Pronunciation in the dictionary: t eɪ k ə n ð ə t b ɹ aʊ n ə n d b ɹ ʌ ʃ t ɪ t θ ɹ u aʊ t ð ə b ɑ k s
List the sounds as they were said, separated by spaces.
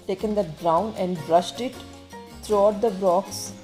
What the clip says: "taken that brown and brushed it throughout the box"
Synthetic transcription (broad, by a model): t eɪ k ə n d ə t b ɹ aʊ n ə n d b ɹ ʌ ʃ t ɪ t t ɹ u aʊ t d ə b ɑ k s